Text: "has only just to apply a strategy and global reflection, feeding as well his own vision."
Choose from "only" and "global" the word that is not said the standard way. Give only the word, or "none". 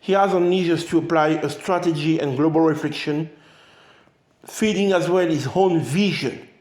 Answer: only